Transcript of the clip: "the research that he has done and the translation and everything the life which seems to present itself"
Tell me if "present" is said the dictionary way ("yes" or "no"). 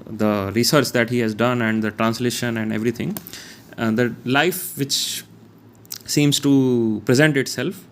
yes